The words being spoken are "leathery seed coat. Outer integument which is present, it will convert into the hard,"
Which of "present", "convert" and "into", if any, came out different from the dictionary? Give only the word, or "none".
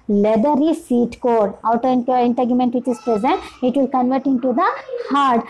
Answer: none